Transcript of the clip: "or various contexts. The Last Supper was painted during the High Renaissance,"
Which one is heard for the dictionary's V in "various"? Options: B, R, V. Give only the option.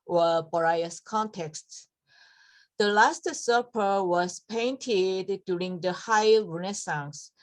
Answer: B